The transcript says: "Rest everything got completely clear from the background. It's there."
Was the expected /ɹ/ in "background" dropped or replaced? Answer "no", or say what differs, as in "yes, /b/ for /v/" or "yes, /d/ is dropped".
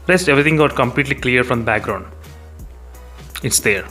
no